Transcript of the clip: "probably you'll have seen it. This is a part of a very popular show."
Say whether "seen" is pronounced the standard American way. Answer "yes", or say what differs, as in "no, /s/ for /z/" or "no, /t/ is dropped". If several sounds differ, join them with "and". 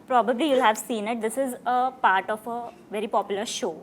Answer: yes